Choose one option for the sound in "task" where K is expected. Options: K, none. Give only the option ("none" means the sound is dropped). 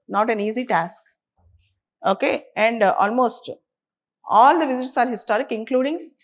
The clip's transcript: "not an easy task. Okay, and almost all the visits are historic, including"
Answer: K